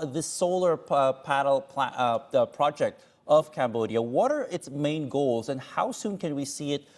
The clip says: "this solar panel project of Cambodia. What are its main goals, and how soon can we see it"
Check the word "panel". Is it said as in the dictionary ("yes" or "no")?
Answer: no